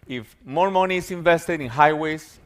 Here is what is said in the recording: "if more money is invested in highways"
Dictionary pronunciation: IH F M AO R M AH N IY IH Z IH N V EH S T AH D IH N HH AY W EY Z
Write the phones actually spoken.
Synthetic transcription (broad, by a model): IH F M AO R M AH N IY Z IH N V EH S T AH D IH N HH AY W EY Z